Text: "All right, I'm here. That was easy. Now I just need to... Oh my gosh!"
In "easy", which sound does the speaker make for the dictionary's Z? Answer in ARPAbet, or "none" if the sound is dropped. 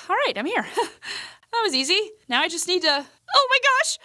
Z